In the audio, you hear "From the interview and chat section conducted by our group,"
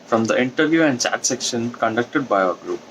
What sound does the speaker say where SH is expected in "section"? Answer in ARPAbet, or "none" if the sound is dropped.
SH